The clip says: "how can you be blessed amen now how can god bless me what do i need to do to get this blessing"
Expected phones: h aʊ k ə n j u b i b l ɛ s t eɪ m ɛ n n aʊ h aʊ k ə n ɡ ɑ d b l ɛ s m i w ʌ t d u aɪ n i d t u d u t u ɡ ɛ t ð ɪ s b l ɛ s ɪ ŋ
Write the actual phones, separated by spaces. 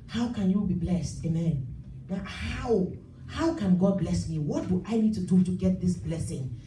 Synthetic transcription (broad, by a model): h aʊ k ə n j u b i b l ɛ s t eɪ m ɛ n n aʊ h aʊ k ə n ɡ ɑ d b l ɛ s m i w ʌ t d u aɪ n i d t u d u t u ɡ ɛ t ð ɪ s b l ɛ s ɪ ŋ